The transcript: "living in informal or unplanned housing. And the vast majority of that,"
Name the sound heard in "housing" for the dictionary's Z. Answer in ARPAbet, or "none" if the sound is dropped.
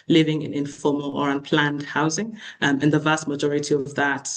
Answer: Z